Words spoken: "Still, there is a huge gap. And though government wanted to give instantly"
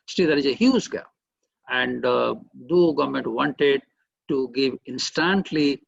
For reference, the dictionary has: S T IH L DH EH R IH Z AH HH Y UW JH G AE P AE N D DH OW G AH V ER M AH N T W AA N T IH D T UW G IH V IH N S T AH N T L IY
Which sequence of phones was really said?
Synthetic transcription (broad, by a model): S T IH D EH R IH Z AH HH Y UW Z G AE P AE N D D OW G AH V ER M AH N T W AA N T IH D T UW G IH V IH N S T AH N T L IY